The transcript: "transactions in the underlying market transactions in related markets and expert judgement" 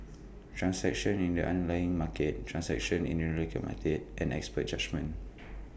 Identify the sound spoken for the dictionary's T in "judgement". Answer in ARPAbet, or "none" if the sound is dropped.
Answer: none